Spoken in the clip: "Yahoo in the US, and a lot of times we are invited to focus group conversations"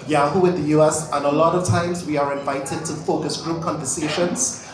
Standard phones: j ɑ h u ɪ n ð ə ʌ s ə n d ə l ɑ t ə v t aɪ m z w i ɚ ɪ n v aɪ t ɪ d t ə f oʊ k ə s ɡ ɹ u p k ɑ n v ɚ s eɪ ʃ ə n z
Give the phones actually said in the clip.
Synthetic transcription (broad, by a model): j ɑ h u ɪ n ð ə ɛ s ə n ə l ɑ t ə v t aɪ m z w i ɚ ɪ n v aɪ t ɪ d t ə f oʊ k ə s ɡ ɹ u p k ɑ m v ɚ s eɪ ʃ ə n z